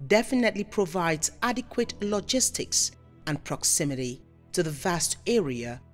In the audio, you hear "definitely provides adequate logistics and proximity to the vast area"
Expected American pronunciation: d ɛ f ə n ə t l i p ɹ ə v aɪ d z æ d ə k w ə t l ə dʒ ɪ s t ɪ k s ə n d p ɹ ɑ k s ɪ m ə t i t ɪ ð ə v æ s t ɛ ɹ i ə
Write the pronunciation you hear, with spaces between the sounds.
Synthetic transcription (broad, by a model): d ɛ f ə n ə t l i p ɹ ə v aɪ d z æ d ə k w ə t l ə dʒ ɪ s t ɪ k s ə n p ɹ ɑ k s ɪ m ə t i t ɪ ð ə v æ s t ɛ ɹ i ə